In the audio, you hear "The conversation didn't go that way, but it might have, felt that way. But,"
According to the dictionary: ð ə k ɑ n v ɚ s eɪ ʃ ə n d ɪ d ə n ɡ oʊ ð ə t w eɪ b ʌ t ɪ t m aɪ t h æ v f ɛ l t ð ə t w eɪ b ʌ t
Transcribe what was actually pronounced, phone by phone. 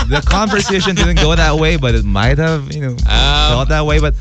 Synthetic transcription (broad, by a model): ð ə k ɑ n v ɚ s eɪ ʃ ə n d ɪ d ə n ɡ oʊ ð ə t w eɪ b ʌ t ɪ t m aɪ t h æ v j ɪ n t ð ə t w eɪ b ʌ t